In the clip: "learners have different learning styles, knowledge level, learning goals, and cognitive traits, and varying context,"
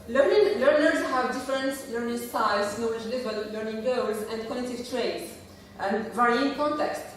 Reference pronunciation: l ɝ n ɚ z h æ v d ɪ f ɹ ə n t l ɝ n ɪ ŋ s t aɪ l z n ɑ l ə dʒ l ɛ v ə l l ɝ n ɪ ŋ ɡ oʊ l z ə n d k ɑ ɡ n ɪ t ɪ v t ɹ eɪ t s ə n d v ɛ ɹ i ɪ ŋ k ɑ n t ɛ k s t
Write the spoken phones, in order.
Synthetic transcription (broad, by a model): l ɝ n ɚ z h æ v d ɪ f ɹ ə n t l ɝ n ɪ ŋ s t aɪ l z n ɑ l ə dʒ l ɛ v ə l l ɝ n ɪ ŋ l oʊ w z ə n d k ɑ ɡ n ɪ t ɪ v t ɹ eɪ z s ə n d v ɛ ɹ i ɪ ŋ k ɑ n t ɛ k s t